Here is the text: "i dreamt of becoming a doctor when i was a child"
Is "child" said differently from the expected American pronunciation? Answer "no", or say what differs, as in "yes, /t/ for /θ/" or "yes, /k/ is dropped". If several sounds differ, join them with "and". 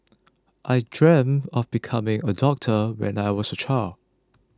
yes, /d/ is dropped